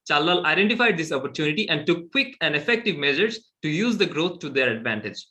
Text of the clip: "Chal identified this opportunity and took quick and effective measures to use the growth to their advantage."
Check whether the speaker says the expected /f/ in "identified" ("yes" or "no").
yes